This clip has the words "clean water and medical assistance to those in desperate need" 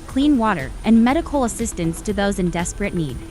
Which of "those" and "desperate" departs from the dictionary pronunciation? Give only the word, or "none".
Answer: none